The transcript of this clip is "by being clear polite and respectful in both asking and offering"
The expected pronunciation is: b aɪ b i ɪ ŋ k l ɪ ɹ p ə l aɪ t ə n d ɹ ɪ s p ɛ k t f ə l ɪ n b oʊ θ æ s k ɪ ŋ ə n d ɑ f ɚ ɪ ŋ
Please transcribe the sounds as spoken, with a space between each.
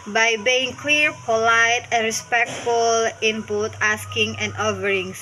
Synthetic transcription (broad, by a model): b aɪ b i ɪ ŋ k l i ɹ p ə l aɪ t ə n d ɹ ɪ s p ɛ k t f ə l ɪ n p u t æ s k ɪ ŋ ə n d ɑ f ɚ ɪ ŋ